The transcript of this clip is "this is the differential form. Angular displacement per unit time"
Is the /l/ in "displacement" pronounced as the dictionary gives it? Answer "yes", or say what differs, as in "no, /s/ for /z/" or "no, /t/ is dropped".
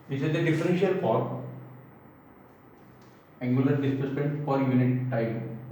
no, /l/ is dropped